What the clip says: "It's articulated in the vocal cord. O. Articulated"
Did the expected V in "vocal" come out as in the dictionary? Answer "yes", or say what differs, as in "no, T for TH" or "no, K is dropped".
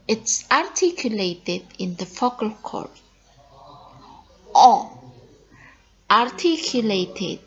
no, F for V